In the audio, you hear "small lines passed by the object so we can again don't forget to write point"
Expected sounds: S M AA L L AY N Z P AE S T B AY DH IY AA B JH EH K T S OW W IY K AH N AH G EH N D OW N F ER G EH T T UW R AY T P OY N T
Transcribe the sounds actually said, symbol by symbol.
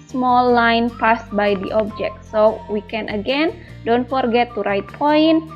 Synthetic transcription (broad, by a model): S M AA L L AY N P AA S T B AY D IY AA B JH EH K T S OW W IY K AH N AH G EH N D OW N F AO G EH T T UW R AY T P OY N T